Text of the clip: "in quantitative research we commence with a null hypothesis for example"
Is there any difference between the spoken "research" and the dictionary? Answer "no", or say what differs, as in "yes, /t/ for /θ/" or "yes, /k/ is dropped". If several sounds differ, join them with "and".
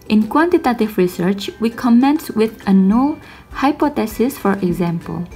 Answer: no